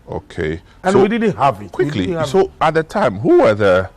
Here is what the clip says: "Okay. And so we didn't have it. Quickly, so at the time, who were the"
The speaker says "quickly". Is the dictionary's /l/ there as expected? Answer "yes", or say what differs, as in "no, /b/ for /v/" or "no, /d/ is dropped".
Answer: yes